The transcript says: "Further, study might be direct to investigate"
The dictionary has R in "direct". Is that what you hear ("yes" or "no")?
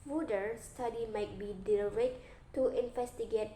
no